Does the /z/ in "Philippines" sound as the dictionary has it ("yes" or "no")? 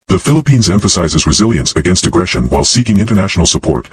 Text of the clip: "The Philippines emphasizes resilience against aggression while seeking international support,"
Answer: yes